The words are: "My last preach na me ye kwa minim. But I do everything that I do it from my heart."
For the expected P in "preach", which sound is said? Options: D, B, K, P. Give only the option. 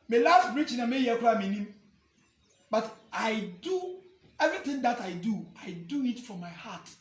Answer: B